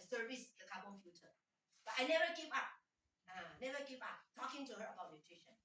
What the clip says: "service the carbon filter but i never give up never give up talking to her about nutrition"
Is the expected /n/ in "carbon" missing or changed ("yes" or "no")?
yes